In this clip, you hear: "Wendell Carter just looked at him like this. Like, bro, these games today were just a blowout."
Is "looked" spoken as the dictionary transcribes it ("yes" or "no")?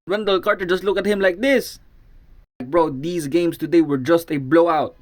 no